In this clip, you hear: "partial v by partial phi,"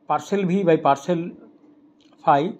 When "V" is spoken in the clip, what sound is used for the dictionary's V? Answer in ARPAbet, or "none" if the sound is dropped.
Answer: B